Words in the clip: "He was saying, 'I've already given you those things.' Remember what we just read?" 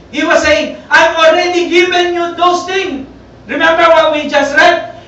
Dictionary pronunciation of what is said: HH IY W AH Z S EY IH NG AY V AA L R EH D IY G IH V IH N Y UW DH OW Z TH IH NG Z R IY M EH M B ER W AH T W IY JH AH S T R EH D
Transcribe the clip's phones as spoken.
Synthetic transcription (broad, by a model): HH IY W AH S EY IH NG AY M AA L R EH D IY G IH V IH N Y UW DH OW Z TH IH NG R IY M EH M B ER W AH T W IY JH AH S T R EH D